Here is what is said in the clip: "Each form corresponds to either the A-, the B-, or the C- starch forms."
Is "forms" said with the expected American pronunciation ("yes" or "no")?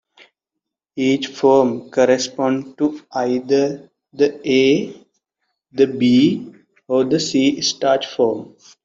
no